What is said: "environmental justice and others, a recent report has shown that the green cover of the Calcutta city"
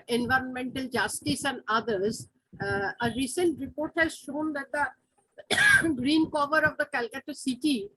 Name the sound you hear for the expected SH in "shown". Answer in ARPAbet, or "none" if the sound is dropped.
SH